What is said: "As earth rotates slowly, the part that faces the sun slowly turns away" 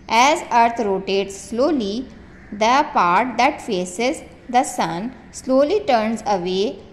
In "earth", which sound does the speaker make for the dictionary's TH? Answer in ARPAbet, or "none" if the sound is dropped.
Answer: T